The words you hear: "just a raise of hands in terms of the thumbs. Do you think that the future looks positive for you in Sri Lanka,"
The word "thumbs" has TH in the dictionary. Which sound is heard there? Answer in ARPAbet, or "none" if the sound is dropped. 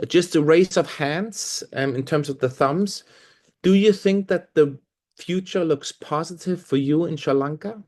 TH